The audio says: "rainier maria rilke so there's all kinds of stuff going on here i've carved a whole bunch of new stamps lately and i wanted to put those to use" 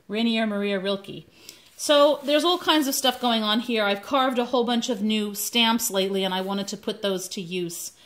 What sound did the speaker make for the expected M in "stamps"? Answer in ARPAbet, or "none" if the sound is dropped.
M